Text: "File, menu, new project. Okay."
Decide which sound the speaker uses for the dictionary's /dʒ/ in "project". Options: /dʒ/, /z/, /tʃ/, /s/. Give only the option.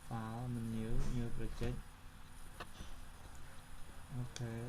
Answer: /tʃ/